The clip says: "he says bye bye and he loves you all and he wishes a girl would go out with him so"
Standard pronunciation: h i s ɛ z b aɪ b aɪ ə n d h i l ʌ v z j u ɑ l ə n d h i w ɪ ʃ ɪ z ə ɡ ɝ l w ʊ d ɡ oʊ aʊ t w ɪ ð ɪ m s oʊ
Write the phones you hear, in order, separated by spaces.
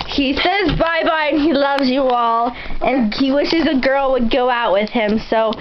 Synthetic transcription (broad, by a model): h i s ɛ z b aɪ b aɪ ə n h i l ʌ v z j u ɑ l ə n h i w ɪ ʃ ɪ z ə ɡ ɝ l w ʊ d ɡ oʊ aʊ t w ɪ ð ɪ m s oʊ